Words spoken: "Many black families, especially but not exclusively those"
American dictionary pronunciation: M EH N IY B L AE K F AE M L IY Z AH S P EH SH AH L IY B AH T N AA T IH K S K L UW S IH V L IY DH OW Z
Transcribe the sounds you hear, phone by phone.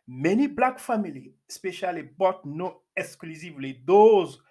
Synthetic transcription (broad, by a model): M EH N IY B L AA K F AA M IY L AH S P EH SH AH L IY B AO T N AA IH K S K L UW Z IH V L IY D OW Z